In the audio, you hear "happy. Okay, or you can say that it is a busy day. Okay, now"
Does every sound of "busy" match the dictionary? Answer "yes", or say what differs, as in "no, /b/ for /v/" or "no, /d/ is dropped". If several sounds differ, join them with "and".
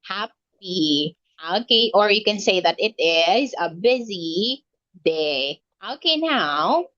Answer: yes